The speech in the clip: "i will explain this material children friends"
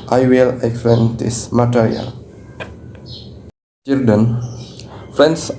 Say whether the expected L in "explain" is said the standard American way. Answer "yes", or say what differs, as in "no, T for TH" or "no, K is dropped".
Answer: no, L is dropped